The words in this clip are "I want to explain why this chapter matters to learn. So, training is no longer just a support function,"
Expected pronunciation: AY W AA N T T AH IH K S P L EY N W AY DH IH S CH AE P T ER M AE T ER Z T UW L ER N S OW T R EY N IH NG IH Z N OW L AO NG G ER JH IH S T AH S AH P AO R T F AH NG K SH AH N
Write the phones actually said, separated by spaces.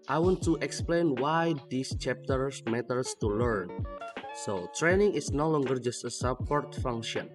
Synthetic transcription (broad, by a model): AY W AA N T T AH K S P L EY N W AY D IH S CH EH P T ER M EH T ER S T UW L ER N S OW T R EY N IH NG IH S N OW L AO NG G ER JH IH S T AH S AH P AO R T F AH NG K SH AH N